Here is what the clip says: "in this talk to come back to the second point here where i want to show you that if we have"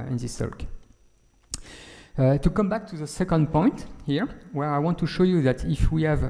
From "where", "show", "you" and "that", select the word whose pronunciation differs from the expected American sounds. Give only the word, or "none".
none